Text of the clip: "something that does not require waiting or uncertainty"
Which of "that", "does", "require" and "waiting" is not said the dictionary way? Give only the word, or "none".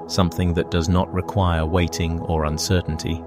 none